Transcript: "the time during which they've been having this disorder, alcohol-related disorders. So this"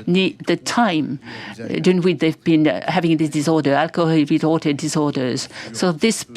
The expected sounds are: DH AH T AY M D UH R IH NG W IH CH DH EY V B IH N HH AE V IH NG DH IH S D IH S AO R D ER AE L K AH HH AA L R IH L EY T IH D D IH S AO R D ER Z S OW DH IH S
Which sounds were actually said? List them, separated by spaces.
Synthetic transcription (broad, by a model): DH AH T AY M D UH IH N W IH DH EY V B IH N HH AE V IH NG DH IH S D IH S AO R D ER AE L K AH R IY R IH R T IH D D IH S AO R D ER Z S OW DH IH S